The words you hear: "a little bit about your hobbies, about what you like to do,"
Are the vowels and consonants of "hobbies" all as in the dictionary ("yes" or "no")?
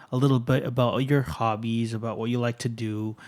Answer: yes